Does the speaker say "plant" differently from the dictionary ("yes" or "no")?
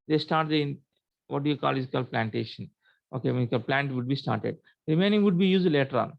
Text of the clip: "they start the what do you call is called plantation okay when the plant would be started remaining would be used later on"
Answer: no